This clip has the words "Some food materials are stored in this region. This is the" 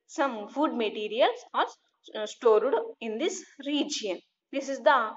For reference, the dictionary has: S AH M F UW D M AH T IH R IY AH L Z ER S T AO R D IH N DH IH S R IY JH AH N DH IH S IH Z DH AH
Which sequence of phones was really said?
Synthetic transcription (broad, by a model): S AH M F UW D M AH T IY R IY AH L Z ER S T AO R D IH N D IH S R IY JH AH N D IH S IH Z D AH